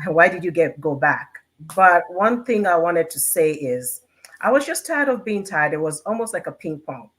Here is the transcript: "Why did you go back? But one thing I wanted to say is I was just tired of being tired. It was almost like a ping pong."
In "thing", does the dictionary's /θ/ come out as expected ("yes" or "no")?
yes